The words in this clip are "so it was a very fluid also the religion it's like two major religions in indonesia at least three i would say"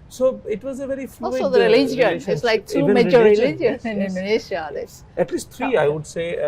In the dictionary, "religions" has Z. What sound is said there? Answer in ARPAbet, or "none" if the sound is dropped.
none